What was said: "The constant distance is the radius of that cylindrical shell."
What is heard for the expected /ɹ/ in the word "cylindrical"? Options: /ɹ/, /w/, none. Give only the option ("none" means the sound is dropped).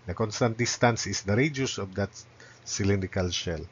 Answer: none